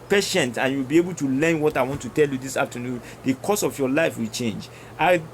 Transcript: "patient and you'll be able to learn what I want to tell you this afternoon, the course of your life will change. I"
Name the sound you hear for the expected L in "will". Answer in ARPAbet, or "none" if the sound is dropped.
L